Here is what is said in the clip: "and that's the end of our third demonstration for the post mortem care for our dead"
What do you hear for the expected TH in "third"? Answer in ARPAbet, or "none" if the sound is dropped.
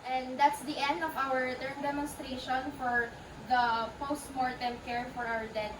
T